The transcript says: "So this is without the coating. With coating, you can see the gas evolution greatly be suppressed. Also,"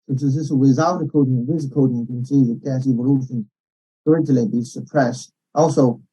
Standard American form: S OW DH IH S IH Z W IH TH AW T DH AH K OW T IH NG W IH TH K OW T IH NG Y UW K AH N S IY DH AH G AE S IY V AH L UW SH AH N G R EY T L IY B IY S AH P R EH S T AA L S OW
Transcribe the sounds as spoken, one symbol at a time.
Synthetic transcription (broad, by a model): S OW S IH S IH S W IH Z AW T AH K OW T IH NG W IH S K OW T IH NG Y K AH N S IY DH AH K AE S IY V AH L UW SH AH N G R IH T L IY B IY S AH P R EH S T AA L S OW